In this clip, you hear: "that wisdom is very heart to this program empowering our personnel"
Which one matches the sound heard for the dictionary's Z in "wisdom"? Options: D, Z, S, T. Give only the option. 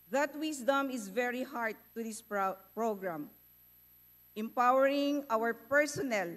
S